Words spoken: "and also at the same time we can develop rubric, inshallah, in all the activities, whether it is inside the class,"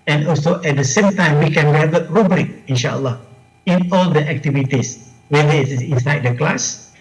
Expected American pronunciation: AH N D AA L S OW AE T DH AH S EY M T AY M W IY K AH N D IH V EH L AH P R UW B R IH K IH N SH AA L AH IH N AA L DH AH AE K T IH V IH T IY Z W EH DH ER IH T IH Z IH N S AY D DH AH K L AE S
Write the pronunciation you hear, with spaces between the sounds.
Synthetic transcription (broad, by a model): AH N AA L S OW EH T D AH S EY M T AY M W IY K AH N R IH EH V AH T R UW B L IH K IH N SH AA L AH IH N AA L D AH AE K T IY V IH T IY S W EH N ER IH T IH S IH N S AY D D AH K L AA S